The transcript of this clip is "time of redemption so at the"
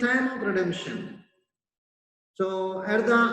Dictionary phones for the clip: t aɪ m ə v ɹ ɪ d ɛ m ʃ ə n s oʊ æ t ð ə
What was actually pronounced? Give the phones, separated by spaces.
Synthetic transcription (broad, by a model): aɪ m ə p ɹ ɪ d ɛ m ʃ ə n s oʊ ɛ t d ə